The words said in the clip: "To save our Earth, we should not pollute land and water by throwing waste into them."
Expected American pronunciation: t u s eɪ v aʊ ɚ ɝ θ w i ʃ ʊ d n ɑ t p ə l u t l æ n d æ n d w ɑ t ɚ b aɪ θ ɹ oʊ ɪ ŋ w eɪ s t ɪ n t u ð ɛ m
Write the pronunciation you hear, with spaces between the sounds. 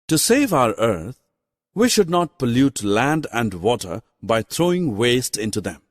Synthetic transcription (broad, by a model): t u s eɪ v aʊ ɚ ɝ t w i ʃ ʊ d n ɑ t p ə l u t l æ n d æ n d w ɑ t ɚ b aɪ t ɹ oʊ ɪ ŋ w eɪ s t ɪ n t u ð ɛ m